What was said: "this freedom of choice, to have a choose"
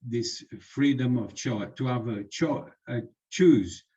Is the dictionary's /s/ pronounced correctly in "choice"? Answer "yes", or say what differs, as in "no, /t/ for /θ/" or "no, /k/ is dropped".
no, /s/ is dropped